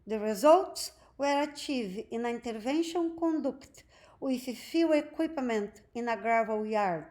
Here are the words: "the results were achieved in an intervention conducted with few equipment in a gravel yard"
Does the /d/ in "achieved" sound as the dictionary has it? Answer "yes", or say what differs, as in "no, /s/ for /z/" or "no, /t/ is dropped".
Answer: no, /d/ is dropped